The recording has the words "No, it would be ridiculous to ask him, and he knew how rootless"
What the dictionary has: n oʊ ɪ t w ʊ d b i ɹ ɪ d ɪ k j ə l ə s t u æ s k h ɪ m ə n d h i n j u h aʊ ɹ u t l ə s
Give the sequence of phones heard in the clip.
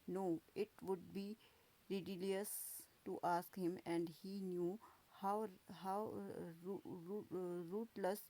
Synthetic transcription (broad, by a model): n oʊ ɪ t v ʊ d b i ɹ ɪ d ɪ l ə ə s t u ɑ s k h ɪ m ə n d h i n j u h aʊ ɹ u t l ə s